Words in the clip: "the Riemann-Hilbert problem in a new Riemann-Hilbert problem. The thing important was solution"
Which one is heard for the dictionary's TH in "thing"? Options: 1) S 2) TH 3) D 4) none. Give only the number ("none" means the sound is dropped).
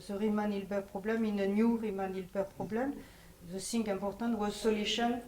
1